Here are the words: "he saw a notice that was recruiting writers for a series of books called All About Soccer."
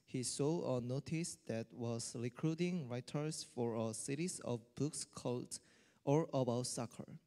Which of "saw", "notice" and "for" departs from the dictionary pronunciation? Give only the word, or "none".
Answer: none